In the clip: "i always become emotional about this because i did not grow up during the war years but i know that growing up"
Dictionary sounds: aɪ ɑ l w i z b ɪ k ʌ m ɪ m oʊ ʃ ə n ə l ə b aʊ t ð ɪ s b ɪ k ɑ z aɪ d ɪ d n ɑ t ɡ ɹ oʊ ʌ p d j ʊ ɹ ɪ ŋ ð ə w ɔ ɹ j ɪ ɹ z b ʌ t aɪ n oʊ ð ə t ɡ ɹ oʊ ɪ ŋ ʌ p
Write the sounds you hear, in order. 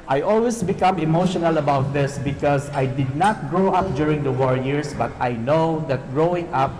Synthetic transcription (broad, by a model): aɪ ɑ l w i s b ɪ k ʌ m ɪ m oʊ ʃ ə n ə l ə b aʊ t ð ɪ s b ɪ k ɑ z aɪ d ɪ d n ɑ t ɡ ɹ oʊ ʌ p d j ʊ ɹ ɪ ŋ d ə w ɔ ɹ j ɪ ɹ s b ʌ t aɪ n oʊ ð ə t ɡ ɹ oʊ ɪ ŋ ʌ p